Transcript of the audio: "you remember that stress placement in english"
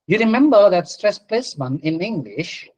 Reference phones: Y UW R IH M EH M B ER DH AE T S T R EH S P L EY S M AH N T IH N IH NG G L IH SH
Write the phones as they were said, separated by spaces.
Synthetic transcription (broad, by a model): Y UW R IH M EH M B ER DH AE T S T R EH S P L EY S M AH N IH N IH NG G L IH SH